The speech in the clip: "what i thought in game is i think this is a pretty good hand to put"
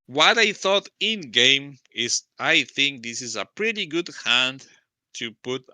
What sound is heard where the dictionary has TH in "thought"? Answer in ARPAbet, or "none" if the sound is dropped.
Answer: TH